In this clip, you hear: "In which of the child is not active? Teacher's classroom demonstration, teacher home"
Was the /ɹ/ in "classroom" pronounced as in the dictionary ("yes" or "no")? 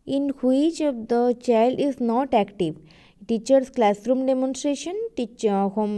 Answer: yes